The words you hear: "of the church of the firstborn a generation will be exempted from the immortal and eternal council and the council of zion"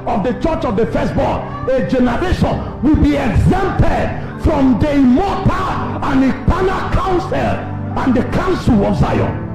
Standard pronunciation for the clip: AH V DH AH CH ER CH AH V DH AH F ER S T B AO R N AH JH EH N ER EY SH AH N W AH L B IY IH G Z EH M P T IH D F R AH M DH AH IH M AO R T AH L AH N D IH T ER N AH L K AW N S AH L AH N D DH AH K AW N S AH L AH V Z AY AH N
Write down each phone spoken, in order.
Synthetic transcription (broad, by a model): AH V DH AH CH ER CH AH V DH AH F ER S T B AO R AH JH EH N ER EY SH AH N W AH L B IY IH G Z EH M P T IH D F R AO M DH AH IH M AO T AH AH N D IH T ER N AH K AW N S AH L AH N D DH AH K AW N S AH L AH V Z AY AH N